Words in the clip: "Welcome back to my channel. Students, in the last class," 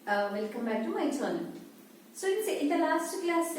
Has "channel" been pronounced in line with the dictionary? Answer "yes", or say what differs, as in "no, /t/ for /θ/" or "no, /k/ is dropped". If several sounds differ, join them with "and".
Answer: no, /n/ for /l/